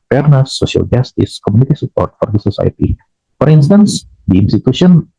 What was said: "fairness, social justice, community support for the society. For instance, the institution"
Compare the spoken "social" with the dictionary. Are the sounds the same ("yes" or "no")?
no